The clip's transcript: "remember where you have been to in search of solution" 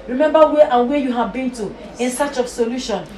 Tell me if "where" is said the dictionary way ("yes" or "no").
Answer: no